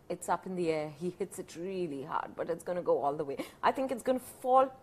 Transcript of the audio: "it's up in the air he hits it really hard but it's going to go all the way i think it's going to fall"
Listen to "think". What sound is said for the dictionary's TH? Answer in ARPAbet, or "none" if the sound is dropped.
TH